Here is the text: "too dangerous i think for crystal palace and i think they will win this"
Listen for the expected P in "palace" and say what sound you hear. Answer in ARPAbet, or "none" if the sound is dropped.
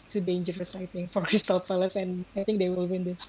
F